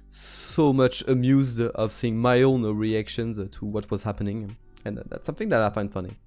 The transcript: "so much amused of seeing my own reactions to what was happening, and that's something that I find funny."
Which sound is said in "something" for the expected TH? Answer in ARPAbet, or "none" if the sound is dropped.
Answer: TH